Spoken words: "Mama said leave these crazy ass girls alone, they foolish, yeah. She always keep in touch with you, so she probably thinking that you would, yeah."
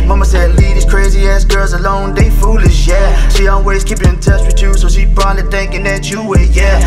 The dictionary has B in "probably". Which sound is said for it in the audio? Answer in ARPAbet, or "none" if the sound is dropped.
none